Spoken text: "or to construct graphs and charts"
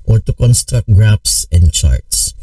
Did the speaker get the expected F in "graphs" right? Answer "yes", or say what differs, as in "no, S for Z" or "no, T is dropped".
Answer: no, P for F